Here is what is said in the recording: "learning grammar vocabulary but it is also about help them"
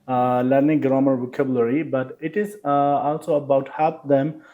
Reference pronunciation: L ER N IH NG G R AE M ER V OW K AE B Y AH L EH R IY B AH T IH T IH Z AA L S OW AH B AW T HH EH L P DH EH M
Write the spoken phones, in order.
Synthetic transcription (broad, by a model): L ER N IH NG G R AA M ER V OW K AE B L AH R IY B AH T IH T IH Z AA L S OW AH B AW T HH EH P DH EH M